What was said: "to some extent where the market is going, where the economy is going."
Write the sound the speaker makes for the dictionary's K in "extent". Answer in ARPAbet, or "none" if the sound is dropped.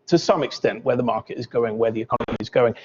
K